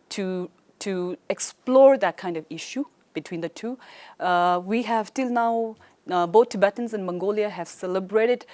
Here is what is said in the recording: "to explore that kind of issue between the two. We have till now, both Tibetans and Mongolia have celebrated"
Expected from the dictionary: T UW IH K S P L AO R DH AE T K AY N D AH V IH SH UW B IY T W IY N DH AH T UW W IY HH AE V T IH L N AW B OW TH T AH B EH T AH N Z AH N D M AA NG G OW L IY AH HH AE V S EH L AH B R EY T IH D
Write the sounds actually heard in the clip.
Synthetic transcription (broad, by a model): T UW IH K S P L AO R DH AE T K AY N D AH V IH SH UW B IY T W IY N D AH T UW W IY HH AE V T IH L N AW B OW T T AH B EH T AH N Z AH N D M AA NG G OW L IY AH HH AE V S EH L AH B R EY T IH D